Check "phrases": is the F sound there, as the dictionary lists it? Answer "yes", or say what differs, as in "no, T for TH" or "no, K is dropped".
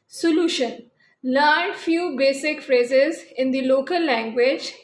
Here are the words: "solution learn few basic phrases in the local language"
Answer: yes